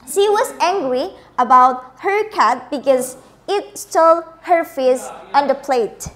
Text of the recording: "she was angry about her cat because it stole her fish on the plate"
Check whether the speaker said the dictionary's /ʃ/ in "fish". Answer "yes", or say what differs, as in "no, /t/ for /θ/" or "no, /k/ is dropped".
no, /s/ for /ʃ/